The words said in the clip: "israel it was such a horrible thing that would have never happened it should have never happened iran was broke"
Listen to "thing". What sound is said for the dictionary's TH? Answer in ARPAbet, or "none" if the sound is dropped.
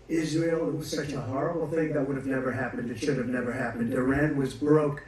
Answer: TH